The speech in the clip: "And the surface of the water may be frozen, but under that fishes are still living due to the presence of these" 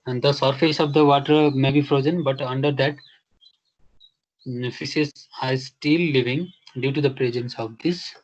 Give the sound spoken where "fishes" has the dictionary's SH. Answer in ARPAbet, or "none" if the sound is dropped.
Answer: S